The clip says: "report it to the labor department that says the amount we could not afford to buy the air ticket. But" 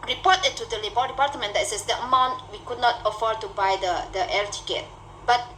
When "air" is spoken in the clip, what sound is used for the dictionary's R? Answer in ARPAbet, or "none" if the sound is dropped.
L